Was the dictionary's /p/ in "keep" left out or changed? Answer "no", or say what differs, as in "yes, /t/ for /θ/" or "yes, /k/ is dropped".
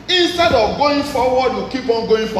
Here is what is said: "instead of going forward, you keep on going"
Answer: yes, /b/ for /p/